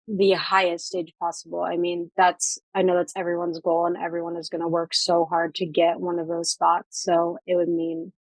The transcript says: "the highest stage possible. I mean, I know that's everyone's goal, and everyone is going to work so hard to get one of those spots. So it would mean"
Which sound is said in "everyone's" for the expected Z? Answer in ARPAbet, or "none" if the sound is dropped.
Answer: Z